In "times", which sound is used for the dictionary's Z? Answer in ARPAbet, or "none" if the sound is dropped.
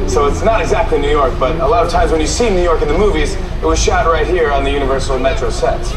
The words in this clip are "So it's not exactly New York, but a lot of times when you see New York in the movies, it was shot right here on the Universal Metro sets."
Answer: Z